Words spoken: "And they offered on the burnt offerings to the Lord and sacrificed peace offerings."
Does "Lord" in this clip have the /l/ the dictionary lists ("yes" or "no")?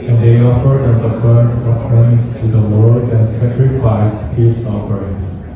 no